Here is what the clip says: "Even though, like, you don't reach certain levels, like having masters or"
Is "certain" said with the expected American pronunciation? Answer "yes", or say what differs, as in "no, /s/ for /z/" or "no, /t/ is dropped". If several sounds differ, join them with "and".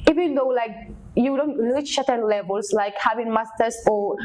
no, /ʃ/ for /s/